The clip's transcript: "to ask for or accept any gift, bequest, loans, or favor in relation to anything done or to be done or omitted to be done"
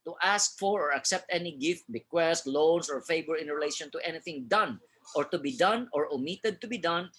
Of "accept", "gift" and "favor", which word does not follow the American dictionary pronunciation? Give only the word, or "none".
favor